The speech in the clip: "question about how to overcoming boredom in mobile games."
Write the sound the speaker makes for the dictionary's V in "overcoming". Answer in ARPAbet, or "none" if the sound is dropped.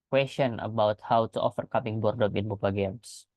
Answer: F